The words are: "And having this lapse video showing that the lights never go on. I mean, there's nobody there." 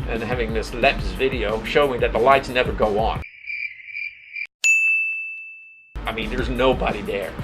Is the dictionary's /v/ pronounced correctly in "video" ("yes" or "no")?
yes